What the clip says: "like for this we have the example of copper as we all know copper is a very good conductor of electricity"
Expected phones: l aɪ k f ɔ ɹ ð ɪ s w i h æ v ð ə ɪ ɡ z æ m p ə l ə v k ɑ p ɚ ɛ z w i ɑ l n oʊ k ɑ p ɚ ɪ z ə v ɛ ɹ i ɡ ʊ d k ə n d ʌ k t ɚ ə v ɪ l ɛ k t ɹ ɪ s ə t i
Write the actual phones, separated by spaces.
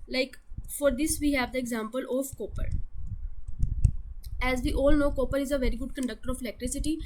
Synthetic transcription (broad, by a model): l aɪ k f ɔ ɹ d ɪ s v i h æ v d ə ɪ ɡ z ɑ m p ə l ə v k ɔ p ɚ ɛ z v i ɑ l n oʊ k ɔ p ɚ ɪ z ə v ɛ ɹ i ɡ ʊ d k ə n d ʌ k t ɚ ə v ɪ l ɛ k t ɹ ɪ s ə t i